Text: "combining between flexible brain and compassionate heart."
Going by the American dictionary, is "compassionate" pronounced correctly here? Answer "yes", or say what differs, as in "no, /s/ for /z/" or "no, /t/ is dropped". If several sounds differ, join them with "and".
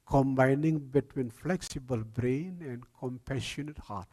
yes